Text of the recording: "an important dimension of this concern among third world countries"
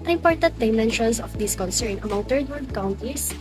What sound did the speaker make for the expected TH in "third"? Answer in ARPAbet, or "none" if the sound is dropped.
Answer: T